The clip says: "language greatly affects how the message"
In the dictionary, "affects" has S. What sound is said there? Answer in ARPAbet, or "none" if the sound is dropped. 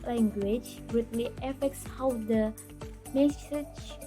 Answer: S